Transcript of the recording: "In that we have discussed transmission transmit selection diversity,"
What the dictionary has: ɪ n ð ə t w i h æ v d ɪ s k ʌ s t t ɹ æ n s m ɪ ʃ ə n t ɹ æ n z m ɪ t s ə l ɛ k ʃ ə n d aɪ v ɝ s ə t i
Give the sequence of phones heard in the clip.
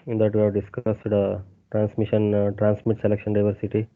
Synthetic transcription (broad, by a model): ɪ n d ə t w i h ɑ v d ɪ s k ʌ s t t ɹ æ n s m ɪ ʃ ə n t ɹ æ n s m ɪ t s ə l ɛ k ʃ ə n d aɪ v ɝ s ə t i